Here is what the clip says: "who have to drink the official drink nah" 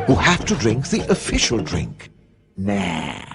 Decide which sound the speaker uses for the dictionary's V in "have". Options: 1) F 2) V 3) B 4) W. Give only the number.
1